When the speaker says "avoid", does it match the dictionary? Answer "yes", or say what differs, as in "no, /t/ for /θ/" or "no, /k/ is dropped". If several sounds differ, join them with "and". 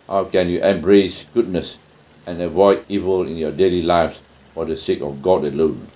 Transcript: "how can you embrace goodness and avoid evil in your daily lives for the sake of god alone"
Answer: yes